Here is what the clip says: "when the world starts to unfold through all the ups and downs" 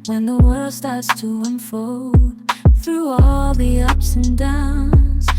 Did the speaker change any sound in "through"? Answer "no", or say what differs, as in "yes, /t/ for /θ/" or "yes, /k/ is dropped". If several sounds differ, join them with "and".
no